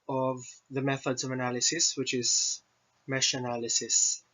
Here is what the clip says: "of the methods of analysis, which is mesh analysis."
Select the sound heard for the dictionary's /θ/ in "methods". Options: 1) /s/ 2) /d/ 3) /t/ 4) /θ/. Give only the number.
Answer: 4